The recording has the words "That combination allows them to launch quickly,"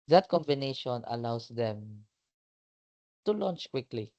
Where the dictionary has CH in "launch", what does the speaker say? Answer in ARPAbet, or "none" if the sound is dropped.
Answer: CH